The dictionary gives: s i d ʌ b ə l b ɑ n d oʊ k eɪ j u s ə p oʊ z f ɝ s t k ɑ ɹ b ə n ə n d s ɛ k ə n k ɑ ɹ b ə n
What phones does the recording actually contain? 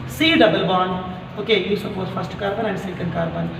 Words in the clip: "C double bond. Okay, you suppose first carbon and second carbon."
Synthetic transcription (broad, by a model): s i d ʌ b ə l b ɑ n oʊ k eɪ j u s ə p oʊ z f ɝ s t k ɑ ɹ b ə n ə n d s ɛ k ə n k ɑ ɹ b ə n